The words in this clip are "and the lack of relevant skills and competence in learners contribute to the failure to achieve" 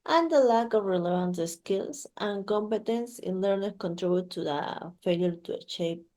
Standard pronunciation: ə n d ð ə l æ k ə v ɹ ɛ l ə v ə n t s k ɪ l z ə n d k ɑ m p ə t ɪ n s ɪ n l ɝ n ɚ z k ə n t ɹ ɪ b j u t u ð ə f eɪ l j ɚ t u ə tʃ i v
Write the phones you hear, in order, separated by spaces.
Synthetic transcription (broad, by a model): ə n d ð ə l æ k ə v ɹ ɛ l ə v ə n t s k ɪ l s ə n k ɑ m p ə t ɪ n s ɪ n l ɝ n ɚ k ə n t ɹ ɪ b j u t u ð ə f eɪ l j ɚ t u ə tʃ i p